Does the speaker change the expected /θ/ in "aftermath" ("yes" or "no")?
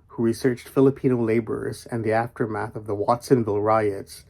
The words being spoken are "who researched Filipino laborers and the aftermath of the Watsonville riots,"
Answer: no